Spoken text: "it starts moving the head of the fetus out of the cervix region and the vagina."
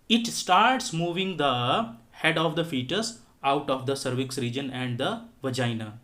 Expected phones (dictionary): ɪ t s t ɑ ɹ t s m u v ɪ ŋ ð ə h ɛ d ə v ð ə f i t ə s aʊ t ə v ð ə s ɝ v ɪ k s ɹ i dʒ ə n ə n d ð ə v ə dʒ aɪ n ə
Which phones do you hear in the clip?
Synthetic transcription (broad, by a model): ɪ t s t ɑ ɹ t s m u v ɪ ŋ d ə h ɛ d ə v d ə f i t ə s aʊ t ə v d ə s ɝ v ɪ k s ɹ i dʒ ə n ə n d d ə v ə dʒ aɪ n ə